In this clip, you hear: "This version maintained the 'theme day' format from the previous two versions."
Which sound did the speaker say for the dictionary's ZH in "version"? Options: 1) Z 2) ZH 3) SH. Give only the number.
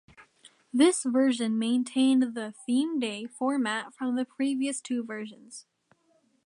2